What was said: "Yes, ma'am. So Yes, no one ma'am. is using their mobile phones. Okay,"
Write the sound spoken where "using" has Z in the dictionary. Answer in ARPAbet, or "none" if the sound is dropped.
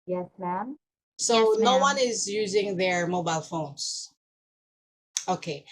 Z